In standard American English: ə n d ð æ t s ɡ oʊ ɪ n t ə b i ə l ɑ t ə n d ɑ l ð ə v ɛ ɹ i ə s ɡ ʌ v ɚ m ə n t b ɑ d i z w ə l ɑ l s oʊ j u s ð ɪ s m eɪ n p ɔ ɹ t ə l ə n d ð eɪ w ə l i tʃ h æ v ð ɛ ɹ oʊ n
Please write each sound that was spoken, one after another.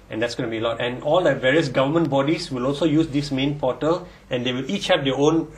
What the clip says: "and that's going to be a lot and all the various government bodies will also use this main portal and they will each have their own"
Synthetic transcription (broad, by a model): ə n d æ t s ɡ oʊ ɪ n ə b i ə l ɑ t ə n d ɑ l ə v ɛ ɹ i ə s ɡ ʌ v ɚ m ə n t b ɑ d i s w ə l ɑ l s oʊ j u s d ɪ s m eɪ n p ɔ t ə l ə n d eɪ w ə l i tʃ h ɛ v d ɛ oʊ n